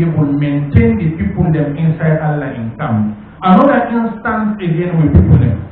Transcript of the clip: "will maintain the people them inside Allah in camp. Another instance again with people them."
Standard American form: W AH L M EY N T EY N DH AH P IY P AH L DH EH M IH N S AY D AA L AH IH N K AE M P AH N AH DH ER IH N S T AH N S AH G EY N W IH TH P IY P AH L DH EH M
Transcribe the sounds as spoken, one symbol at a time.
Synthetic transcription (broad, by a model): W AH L M EY N T EY N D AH P IY P AH L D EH M IH N S AY D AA L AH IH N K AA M AH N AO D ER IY N S T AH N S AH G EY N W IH P IY P AH L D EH M